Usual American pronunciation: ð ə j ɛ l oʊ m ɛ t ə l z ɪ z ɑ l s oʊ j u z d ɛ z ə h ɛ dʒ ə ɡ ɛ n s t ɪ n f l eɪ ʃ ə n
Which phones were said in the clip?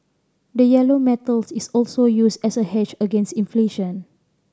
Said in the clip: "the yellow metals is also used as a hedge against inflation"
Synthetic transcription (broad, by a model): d ə j ɛ l oʊ m ɛ t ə l s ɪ s ɑ l s oʊ j u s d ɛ s ə h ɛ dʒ ə ɡ ɛ n s t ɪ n f l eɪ ʃ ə n